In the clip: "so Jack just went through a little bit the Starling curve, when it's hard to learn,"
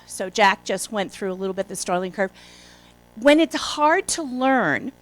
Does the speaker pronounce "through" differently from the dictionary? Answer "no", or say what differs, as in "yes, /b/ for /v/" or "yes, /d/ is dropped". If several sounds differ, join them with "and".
no